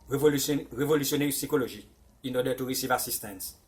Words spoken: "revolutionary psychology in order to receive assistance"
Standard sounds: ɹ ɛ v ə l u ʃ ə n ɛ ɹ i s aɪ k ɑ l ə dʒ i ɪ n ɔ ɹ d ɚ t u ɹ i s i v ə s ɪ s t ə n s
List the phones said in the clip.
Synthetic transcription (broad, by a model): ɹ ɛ v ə l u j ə n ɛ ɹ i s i k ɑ l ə ʒ i ɪ n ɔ d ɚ t u ɹ i s i v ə s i s t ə n s